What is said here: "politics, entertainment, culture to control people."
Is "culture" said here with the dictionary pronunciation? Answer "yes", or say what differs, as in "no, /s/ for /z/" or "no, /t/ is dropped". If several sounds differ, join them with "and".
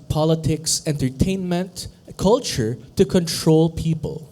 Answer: yes